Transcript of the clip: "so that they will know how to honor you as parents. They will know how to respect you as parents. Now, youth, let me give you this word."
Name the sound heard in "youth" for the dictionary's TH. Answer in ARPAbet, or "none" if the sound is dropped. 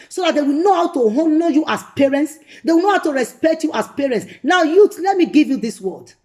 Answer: T